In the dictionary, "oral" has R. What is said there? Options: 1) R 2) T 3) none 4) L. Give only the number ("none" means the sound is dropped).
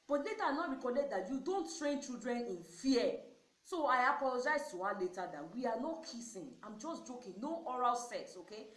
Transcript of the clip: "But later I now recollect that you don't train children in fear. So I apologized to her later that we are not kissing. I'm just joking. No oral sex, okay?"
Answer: 1